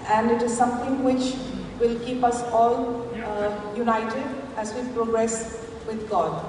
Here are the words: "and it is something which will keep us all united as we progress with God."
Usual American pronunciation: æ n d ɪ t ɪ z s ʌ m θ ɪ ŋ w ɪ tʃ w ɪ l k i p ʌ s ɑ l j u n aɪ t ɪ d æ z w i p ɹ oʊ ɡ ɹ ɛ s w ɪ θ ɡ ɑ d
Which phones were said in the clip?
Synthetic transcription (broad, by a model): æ n d ɪ t ɪ z s ʌ m t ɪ ŋ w ɪ tʃ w ɪ l k i p ʌ s ɑ l j u n aɪ t ɪ d æ z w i p ɹ oʊ ɡ ɹ ɛ s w ɪ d ɡ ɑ d